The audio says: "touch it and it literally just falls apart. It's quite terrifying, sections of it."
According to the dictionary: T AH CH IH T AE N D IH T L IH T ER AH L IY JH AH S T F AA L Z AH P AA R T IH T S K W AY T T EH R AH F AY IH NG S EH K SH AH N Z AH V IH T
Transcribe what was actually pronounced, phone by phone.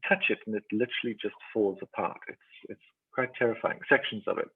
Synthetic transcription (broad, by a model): T AH CH IH T N IH T L IH T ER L IY JH AH S T F AA L Z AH P AA R T IH T S K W AY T T EH R AH F AY IH NG S EH K SH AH N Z AH V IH T